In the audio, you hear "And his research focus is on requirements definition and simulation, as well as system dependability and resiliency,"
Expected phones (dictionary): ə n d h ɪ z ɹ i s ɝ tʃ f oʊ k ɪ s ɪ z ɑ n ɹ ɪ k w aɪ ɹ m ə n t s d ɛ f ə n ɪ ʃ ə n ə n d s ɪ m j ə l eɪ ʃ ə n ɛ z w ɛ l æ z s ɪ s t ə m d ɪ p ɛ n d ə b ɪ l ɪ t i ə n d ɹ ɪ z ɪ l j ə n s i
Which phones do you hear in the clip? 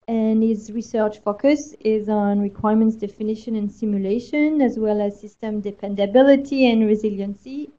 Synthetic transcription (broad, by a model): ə n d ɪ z ɹ i s ɝ tʃ f oʊ k ɪ s ɪ z n ɹ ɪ k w aɪ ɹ m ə n t s d ɛ f ə n ɪ ʃ ə n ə n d s ɪ m j ə l eɪ ʃ ə n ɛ z w ɛ l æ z s ɪ s t ə m d ɪ p ɛ n d ə b ɪ l ɪ t i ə n ɹ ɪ z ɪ l j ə n s i